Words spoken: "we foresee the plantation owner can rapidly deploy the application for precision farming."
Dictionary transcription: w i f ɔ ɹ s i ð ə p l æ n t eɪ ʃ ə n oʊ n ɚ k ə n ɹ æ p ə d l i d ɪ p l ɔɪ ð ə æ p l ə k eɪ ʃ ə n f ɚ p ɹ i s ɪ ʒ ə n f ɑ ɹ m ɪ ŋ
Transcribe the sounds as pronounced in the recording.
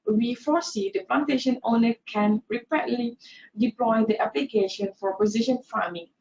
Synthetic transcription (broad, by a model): w i f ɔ s i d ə p l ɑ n t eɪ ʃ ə n oʊ n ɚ k ə n ɹ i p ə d l i d ɪ p l ɔɪ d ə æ p l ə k eɪ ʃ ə n f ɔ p i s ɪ ʃ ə n f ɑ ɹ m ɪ ŋ